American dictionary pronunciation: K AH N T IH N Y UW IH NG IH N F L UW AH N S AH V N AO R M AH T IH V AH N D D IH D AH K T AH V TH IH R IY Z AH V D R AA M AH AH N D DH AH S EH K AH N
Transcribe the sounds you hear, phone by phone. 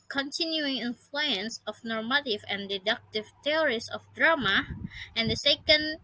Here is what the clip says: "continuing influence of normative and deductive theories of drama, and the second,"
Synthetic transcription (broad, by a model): K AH N T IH N Y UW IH NG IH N F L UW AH N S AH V N AO R M AH T IH V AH N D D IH D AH K T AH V T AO R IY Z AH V D R AA M AH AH N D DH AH S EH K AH N